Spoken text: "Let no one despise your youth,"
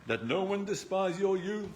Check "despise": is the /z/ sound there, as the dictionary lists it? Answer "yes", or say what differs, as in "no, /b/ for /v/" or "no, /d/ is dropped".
yes